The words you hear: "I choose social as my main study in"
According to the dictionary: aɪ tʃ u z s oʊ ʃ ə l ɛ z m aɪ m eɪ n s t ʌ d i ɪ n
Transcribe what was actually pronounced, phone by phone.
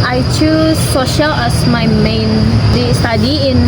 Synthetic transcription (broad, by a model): aɪ tʃ u s oʊ ʃ ə l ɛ s m aɪ m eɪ n s t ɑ d i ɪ n